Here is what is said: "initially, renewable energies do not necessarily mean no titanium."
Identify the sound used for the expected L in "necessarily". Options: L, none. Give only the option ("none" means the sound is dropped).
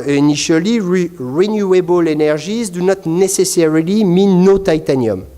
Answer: L